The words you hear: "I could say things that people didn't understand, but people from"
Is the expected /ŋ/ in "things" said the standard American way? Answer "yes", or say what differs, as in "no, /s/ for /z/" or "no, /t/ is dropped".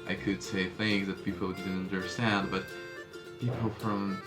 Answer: yes